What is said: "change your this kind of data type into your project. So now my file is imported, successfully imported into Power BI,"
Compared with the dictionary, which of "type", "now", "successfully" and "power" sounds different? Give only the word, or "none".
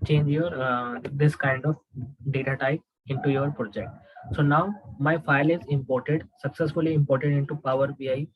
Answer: type